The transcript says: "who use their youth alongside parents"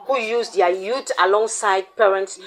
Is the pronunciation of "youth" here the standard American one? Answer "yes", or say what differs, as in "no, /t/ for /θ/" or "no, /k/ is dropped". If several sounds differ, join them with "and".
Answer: no, /t/ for /θ/